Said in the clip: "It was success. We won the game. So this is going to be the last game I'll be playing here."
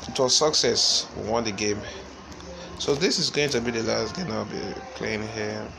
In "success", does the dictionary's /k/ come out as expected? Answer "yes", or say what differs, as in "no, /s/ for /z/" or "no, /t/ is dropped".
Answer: yes